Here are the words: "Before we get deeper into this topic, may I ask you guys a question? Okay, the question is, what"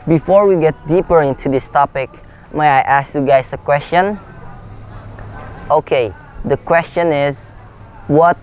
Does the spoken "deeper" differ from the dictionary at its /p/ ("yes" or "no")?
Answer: no